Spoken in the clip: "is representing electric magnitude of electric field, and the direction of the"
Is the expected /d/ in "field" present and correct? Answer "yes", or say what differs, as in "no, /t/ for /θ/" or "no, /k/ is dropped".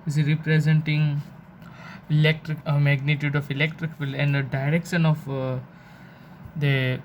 no, /d/ is dropped